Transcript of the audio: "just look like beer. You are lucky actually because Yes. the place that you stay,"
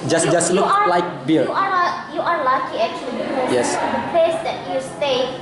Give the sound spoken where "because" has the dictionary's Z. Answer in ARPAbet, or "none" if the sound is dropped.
none